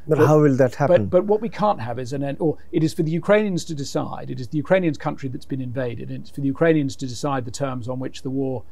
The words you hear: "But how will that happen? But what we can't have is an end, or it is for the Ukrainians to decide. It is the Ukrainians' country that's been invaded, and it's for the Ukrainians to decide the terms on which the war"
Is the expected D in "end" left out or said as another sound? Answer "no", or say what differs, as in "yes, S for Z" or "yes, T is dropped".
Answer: yes, D is dropped